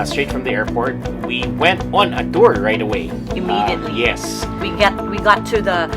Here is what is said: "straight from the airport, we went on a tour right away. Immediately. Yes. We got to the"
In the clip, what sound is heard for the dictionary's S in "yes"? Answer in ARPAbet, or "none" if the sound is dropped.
S